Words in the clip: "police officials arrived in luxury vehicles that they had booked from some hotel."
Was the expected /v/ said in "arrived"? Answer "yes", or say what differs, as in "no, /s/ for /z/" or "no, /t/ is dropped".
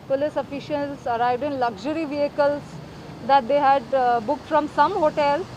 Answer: yes